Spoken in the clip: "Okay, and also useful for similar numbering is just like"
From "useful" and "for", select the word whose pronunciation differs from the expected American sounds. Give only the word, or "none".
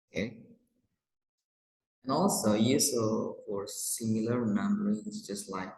useful